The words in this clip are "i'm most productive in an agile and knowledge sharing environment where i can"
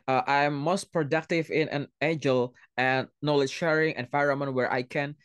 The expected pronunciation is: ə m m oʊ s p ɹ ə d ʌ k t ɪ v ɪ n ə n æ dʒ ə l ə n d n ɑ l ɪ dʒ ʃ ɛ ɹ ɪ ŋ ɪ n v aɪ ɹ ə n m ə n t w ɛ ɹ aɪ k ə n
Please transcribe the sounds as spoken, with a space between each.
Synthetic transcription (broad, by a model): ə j m oʊ s p ɹ ə d ʌ k t ɪ v ɪ n ə n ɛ dʒ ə l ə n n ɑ l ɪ ʃ ɛ ɹ ɪ ŋ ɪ n f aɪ ɹ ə m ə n w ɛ ɹ aɪ k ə n